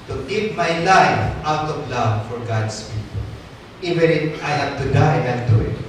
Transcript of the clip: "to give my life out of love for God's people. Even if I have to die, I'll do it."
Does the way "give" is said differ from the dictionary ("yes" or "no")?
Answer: yes